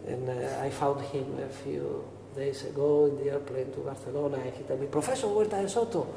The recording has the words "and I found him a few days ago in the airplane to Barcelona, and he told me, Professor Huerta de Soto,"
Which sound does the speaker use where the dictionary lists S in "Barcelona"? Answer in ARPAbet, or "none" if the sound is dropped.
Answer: TH